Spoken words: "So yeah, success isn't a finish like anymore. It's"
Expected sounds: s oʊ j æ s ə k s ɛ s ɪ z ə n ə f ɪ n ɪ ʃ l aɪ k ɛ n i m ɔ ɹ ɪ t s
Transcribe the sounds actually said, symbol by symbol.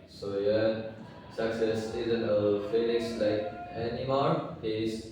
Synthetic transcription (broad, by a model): s oʊ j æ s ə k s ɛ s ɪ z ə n ə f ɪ l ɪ s l aɪ k ɛ n i m ɔ ɹ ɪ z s